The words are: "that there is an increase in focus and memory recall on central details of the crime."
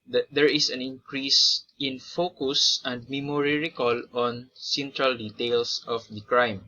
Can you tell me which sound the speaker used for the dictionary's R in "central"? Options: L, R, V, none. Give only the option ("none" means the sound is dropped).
R